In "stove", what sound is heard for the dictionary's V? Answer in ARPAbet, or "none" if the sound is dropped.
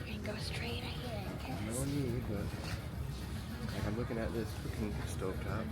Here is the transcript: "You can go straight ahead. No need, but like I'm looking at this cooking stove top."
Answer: P